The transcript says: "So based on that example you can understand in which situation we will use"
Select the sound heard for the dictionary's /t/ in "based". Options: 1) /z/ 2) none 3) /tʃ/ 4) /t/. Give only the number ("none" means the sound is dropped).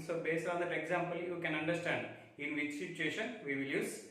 2